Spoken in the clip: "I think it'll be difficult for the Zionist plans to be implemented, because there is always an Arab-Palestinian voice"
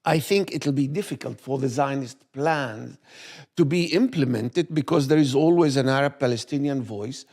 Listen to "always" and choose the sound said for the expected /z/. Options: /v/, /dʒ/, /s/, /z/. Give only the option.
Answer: /z/